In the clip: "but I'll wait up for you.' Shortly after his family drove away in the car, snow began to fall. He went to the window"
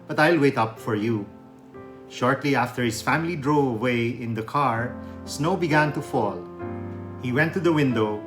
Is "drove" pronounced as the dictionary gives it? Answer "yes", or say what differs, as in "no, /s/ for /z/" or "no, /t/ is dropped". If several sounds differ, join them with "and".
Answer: no, /v/ is dropped